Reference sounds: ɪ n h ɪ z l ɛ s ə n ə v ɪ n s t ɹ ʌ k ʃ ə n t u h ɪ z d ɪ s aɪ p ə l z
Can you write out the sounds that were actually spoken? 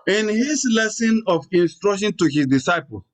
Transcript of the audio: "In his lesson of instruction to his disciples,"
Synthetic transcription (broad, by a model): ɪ n h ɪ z l ɛ s ə n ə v ɪ n s t ɹ ʌ k ʃ ə n t u h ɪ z d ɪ s aɪ p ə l